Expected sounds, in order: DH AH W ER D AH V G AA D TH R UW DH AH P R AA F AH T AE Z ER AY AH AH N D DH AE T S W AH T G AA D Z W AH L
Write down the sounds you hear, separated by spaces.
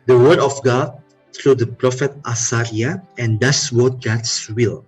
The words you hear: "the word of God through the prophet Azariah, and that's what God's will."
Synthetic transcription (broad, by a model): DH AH W ER D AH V G AA D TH R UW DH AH P R AA F AH T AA S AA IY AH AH N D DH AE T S W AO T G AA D S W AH L